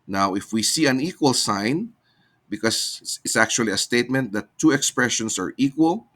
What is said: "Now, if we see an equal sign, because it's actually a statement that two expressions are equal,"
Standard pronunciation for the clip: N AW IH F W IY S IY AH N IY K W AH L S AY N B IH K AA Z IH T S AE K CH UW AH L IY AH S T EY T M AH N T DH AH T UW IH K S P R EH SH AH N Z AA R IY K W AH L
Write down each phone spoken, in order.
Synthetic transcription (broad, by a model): N AW IH F W IY S IY AH N IY K W AH L S AY N B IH K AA S IH T S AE K CH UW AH L IY AH S T EY T M AH N T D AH T UW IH K S P R EH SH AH N S AA R IY K W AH L